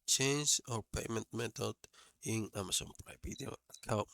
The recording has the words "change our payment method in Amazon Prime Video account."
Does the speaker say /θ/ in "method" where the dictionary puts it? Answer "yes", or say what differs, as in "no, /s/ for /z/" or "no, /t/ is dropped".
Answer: no, /t/ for /θ/